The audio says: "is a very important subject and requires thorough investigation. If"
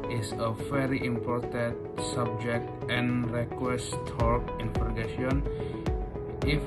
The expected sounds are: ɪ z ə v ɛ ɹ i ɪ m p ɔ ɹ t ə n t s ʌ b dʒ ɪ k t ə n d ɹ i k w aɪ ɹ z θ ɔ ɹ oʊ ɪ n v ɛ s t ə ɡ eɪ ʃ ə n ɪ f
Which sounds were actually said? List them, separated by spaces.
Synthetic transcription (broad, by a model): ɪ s ə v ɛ ɹ i ɪ m p ɔ ɹ t ə n t s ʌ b dʒ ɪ k t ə n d ɹ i k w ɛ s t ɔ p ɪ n f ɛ t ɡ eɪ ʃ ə n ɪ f